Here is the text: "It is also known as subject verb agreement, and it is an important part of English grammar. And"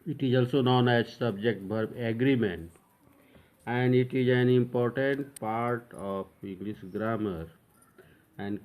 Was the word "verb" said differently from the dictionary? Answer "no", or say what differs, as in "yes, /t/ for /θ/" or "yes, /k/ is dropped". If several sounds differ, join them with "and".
yes, /b/ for /v/